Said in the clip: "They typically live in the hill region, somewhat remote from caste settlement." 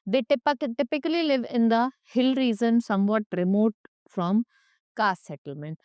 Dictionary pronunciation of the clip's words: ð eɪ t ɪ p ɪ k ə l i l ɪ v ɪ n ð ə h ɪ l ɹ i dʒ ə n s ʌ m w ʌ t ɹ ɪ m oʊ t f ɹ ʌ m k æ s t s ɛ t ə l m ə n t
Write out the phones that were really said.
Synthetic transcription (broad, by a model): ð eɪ t ɪ p ɪ k ə l i l ɪ v ɪ n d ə h ɪ l ɹ i z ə n s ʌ m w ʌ t ɹ ɪ m oʊ t f ɹ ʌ m k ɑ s s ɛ t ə l m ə n t